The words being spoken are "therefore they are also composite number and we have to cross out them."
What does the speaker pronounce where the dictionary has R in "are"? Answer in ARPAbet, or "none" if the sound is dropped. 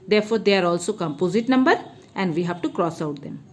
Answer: R